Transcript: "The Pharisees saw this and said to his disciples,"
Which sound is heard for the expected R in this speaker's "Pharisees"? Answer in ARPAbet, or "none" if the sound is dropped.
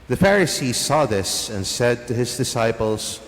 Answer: R